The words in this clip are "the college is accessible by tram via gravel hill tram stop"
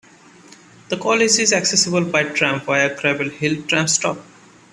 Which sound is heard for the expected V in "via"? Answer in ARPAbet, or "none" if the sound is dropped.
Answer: P